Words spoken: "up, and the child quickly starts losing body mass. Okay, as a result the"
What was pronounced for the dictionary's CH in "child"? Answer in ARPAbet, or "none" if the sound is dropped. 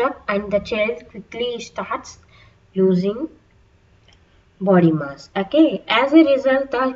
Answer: CH